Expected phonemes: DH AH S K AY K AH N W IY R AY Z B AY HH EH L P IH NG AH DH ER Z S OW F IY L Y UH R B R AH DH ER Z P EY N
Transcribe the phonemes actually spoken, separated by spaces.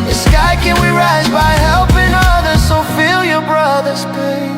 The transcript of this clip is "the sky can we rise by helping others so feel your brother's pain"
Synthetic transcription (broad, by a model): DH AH S K AY K AH N W IY R AY Z B AY HH EH L P IH NG AH DH ER Z S OW F IY L Y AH R B R AH DH ER Z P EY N